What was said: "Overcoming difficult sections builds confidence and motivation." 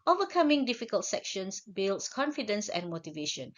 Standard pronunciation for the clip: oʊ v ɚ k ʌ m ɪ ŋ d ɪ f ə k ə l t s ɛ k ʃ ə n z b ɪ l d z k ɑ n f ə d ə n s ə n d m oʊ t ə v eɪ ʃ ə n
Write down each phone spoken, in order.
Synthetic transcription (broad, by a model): oʊ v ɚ k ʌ m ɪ ŋ d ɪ f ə k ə l t s ɛ k ʃ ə n s b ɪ l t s k ɑ n f ə d ə n s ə n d m oʊ t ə v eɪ ʃ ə n